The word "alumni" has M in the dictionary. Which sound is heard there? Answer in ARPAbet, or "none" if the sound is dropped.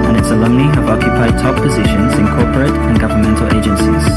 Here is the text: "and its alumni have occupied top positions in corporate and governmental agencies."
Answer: none